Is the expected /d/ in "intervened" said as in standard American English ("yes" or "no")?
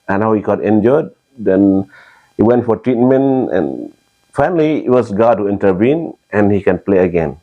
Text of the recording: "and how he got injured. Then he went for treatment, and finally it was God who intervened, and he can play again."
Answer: no